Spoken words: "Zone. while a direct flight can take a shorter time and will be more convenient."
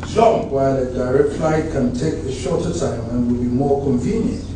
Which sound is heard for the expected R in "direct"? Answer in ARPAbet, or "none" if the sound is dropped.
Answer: R